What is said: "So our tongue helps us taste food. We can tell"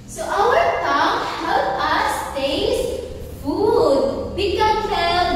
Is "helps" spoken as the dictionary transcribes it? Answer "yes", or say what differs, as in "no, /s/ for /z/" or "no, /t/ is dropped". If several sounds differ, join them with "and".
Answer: no, /s/ is dropped